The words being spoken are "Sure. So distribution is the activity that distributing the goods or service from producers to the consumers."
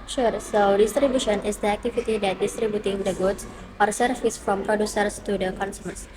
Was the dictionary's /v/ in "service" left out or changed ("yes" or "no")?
yes